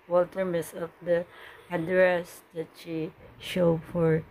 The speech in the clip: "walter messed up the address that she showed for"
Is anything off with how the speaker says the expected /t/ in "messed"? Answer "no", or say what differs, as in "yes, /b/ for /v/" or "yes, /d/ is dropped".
yes, /t/ is dropped